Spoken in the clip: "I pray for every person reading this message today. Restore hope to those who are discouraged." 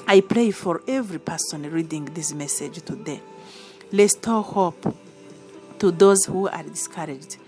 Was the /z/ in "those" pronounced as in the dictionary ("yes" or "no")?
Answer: yes